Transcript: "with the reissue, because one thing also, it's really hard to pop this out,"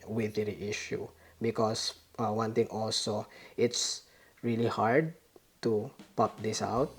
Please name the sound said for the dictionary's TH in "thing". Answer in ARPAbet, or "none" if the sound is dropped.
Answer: T